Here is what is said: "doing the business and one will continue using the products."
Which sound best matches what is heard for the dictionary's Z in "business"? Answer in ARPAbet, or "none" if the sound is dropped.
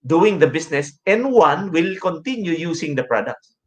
S